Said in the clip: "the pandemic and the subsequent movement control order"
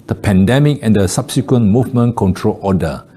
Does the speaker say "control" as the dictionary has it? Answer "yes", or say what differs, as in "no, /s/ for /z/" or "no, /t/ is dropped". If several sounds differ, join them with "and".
yes